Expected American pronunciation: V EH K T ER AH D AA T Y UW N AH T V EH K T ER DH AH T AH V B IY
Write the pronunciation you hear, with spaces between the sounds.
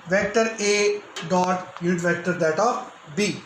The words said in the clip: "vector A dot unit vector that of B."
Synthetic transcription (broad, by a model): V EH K T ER AH D AA T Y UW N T V EH K T ER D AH T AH P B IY